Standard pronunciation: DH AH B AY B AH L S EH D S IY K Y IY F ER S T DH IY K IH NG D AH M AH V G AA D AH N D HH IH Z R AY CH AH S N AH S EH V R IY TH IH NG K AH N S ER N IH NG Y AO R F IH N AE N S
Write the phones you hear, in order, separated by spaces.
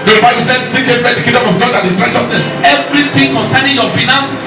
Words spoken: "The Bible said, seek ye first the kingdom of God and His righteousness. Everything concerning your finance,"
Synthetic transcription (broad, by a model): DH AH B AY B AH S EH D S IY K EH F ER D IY K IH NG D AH M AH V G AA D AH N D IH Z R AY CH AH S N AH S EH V R IY T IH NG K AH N S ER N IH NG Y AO F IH N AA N S